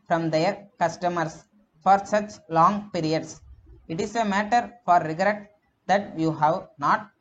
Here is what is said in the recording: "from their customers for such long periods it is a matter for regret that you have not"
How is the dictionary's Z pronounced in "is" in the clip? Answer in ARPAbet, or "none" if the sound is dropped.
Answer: S